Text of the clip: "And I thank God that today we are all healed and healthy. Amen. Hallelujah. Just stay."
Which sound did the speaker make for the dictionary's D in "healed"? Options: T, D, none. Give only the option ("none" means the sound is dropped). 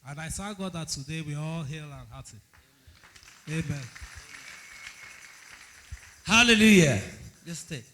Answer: none